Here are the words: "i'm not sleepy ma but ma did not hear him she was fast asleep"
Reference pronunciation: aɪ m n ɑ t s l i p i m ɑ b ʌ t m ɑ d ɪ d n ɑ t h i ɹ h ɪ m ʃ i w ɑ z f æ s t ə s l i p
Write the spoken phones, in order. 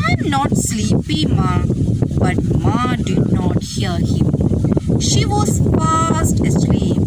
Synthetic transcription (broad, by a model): aɪ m n ɑ t s l i p i m ɑ b ʌ t m ɑ d ɪ d n ɑ t h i l h ɪ m ʃ i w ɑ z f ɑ s t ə s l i p